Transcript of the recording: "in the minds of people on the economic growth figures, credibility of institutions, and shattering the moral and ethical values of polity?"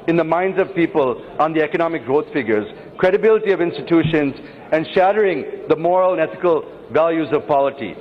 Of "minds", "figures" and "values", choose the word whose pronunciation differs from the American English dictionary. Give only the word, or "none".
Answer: none